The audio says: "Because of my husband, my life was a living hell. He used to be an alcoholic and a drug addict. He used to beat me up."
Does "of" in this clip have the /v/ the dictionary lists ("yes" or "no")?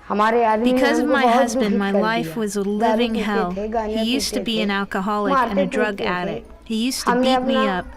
yes